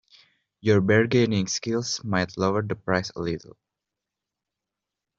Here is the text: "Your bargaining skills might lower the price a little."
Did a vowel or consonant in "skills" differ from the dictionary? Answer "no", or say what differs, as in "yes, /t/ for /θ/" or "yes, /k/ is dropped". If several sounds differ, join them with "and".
yes, /s/ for /z/